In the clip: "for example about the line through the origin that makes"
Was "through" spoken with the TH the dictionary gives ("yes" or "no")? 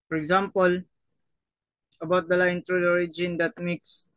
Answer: no